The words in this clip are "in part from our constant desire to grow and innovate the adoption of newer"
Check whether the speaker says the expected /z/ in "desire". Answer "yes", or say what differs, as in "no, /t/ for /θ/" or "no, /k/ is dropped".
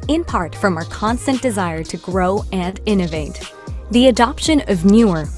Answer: yes